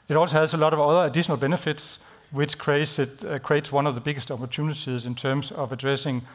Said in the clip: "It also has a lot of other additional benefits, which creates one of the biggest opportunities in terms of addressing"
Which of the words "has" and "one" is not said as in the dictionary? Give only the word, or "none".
has